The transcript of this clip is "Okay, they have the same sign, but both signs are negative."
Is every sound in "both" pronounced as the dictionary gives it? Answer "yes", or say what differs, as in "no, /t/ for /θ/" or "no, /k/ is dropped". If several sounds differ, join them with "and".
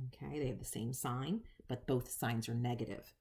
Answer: yes